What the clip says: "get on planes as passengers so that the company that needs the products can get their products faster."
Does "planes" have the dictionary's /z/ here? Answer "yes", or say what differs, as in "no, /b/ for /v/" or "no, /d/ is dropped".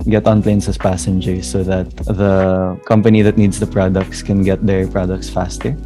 no, /s/ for /z/